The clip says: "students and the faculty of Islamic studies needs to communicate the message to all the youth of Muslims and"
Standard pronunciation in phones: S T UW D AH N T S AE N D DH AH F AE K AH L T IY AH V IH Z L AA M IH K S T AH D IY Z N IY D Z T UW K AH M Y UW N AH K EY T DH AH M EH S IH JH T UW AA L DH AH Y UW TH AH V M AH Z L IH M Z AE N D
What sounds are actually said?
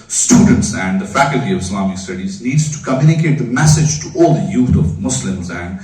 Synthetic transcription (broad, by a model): S T UW D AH N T S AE N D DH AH F AE K AH L T IY AH V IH S L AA M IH K S T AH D IY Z L IY D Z T UW K AH M Y UW N AH K EY T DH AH M EH S IH JH T UW AA L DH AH Y UW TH AH V M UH S L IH M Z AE N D